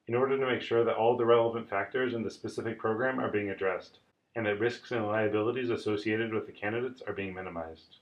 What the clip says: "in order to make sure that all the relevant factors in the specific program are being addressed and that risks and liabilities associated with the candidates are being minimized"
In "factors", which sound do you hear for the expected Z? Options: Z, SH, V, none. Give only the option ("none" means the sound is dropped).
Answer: Z